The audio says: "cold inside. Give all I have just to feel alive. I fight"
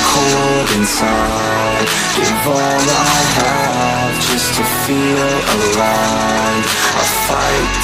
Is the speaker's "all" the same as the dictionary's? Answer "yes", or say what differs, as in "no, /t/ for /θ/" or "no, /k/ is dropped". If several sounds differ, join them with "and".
no, /n/ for /l/